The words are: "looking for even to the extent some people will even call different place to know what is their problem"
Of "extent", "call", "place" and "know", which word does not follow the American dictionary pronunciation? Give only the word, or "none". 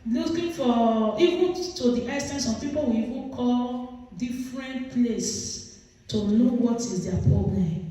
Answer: extent